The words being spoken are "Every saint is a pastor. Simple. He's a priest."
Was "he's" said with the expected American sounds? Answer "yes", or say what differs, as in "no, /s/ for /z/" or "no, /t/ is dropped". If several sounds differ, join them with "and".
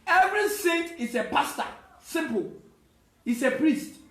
no, /s/ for /z/